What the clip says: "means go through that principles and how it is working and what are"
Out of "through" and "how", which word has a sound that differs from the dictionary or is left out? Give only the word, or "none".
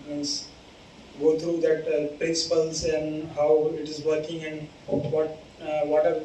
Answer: through